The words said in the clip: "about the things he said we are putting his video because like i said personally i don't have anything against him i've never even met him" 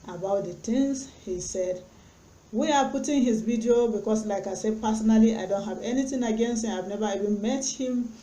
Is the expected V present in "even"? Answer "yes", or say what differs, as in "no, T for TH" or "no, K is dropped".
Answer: yes